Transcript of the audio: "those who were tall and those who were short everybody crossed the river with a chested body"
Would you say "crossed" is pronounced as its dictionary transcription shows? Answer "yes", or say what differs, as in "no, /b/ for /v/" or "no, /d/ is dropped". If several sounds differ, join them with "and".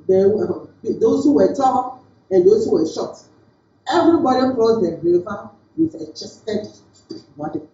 no, /s/ is dropped